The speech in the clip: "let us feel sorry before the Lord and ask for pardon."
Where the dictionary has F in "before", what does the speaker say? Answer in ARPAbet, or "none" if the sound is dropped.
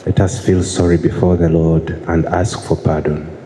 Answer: F